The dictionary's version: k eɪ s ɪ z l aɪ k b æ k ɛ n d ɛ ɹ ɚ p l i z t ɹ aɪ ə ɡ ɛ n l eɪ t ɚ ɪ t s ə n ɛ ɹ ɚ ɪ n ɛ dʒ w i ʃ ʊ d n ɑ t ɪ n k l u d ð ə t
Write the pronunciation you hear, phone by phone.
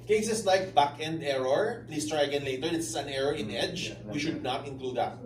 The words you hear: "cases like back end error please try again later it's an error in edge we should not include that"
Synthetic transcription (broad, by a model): k eɪ s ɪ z l aɪ k b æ k ɛ n d ɛ ɹ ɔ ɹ l i s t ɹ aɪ ə ɡ ɛ n l eɪ t ɚ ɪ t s ə n ɛ ɹ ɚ ɪ n ɛ dʒ w i ʃ ʊ d n ɑ t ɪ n k l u d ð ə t